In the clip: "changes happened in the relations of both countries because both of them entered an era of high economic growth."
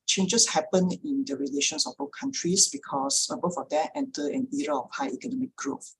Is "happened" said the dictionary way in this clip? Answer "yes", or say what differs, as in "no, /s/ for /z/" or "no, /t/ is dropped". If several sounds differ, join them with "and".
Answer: no, /d/ is dropped